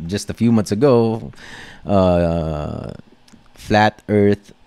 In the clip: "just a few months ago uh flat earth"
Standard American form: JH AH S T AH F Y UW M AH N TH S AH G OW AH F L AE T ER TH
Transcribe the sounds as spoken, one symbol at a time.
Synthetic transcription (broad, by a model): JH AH S T AH F Y UW M AH N TH S AH G OW AH F L AE T ER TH